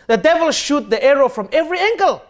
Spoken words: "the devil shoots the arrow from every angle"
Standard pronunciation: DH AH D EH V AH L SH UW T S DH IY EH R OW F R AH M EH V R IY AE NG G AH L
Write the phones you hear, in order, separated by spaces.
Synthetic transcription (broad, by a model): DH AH D EH V AH L SH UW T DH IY EH R OW F R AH M EH V R IY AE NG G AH L